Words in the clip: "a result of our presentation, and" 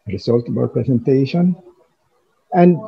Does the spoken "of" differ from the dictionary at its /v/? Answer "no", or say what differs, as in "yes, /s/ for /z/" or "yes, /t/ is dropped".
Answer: yes, /b/ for /v/